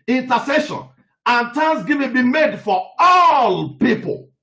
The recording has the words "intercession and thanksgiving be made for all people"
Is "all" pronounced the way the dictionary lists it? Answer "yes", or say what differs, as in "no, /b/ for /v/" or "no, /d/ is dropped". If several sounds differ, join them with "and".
yes